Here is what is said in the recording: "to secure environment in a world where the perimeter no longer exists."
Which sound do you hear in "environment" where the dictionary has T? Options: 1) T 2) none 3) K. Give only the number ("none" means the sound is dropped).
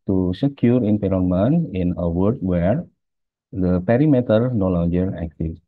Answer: 2